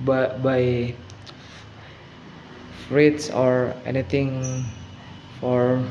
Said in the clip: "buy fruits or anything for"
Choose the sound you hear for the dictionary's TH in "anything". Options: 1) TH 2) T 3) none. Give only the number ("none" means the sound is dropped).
2